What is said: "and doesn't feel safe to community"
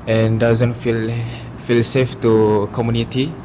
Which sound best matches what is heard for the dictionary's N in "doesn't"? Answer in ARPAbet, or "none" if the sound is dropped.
L